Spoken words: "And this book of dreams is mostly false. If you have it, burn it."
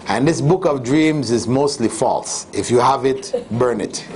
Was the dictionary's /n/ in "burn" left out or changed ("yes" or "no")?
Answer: no